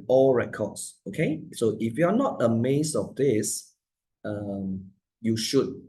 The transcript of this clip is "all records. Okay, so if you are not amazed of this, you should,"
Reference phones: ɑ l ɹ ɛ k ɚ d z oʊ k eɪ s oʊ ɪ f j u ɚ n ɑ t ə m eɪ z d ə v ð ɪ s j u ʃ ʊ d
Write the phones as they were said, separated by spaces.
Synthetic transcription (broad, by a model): ɑ l ɹ ɛ k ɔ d s oʊ k eɪ s oʊ ɪ f j u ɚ n ɑ t ə m eɪ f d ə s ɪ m j u ʃ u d